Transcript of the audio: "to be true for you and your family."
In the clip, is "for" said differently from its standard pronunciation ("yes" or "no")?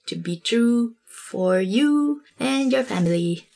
no